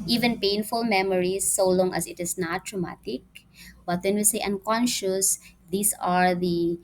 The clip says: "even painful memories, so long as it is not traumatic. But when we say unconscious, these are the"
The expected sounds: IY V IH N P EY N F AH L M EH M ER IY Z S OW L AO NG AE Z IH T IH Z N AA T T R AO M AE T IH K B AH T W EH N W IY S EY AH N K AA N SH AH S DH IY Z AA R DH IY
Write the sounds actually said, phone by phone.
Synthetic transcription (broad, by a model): IY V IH N P EY N F AH L M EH M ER IY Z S OW L AO NG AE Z IH T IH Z N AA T T R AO M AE T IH K B AH T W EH N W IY S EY AH N K AA N SH AH S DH IY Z AA R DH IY